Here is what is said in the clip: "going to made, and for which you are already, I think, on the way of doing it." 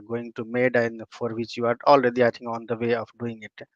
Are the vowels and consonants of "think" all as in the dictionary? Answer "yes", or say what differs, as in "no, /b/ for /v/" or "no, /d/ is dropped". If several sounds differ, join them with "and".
no, /t/ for /θ/ and /k/ is dropped